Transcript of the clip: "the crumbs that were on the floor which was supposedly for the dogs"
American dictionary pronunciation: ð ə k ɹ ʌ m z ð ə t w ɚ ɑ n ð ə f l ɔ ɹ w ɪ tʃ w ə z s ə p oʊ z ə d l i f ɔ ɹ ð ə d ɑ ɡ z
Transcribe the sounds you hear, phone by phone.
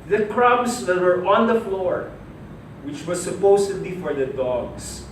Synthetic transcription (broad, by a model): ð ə k ɹ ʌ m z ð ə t w ɚ ɑ n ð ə f l ɔ ɹ w ɪ tʃ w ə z s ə p oʊ s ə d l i f ɔ ɹ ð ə d ɑ ɡ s